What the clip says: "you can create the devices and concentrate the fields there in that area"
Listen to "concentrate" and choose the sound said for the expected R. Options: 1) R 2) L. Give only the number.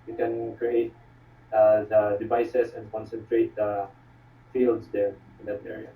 1